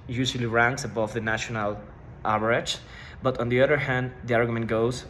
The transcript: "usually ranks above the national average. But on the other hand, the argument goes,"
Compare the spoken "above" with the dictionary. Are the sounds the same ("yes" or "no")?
yes